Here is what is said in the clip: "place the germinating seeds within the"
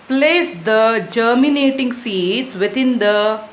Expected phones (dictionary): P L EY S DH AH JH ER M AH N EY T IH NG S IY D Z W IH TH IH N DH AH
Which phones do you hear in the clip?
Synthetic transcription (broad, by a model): P L EY S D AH JH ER M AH N EY T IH NG S IY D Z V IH T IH N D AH